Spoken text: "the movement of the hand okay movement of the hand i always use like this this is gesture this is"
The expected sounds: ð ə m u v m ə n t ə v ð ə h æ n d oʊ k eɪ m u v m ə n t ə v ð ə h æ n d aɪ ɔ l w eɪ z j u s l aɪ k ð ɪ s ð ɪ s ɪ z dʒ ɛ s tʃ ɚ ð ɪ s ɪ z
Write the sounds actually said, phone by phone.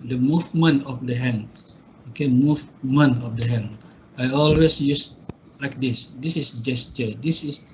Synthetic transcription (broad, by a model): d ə m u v m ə n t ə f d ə h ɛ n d oʊ k eɪ m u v m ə n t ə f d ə h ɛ n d aɪ ɔ l w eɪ s j u s l aɪ k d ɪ s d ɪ s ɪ s dʒ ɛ s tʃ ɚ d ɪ s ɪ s